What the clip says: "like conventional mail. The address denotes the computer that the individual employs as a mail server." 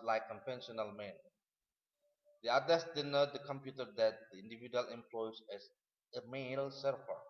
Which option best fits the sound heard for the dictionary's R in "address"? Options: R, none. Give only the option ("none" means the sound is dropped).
none